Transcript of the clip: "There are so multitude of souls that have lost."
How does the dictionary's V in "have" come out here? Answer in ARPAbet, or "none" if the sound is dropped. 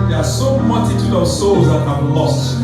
B